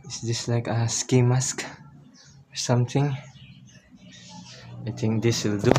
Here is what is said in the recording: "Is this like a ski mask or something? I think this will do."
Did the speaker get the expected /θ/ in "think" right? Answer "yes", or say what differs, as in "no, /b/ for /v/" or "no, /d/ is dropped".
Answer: no, /t/ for /θ/